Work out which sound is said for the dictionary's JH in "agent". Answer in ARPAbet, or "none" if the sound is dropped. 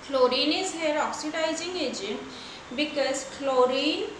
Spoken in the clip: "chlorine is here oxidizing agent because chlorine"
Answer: JH